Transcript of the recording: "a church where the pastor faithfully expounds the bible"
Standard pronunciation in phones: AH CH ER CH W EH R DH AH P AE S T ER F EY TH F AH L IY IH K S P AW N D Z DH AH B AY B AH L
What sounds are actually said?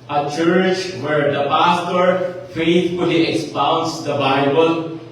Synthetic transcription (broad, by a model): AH CH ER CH W EH R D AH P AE S T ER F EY T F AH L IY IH K S P AW N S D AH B AY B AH L